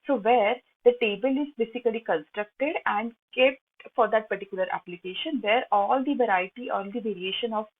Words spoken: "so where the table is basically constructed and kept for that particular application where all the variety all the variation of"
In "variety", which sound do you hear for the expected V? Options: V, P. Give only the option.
V